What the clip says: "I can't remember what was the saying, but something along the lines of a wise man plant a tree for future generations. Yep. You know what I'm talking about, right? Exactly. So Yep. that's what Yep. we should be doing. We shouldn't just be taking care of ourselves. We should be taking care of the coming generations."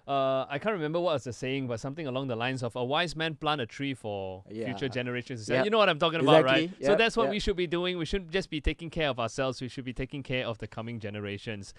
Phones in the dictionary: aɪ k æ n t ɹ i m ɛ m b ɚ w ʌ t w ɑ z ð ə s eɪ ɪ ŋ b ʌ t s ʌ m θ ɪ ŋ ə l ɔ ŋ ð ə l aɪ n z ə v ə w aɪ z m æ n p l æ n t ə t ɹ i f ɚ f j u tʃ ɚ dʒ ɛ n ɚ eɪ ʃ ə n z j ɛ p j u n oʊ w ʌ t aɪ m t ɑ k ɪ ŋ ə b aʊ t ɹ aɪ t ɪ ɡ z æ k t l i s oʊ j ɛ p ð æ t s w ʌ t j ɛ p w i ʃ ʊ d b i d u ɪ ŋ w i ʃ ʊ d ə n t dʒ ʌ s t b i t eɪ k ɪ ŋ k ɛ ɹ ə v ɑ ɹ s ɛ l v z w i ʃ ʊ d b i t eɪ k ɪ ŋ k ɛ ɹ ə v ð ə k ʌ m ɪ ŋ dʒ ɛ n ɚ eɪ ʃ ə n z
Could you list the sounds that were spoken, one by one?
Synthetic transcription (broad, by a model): aɪ k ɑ n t ɹ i m ɛ m b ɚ w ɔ t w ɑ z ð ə s eɪ ɪ ŋ b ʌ t s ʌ m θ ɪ ŋ ə l ɔ ŋ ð ə l aɪ n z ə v ə w aɪ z m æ n p l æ n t ə t ɹ i f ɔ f j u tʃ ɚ dʒ ɛ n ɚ eɪ ʃ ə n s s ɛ j u n oʊ w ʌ t aɪ m t ɑ k ɪ ŋ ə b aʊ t ɹ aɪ ɪ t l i s oʊ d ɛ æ t s w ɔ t w i ʃ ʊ d b i d u ɪ ŋ w i ʃ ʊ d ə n dʒ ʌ s b i t eɪ k ɪ ŋ k ɛ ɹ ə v ɑ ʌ s ɛ l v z w i ʃ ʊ d b i t eɪ k ɪ ŋ k ɛ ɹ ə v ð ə k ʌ m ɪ ŋ dʒ ɛ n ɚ eɪ ʃ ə n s